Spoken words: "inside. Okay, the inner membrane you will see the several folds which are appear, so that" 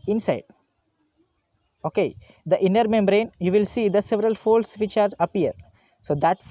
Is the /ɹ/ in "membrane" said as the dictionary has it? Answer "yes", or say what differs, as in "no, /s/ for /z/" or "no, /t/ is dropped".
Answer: yes